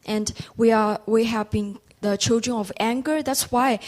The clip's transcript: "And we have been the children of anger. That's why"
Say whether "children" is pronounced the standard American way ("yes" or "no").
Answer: yes